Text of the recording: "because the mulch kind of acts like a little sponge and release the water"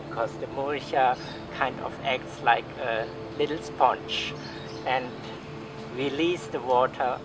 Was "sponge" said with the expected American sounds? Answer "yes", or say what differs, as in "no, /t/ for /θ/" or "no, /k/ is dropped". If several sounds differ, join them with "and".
no, /tʃ/ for /dʒ/